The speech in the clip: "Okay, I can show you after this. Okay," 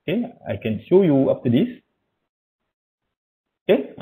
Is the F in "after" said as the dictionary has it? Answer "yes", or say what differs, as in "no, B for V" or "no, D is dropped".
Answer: no, P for F